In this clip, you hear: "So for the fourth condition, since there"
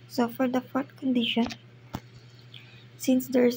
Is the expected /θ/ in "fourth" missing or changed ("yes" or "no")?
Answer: yes